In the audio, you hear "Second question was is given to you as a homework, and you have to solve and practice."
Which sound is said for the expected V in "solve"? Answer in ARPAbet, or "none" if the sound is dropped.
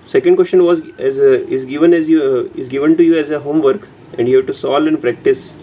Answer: none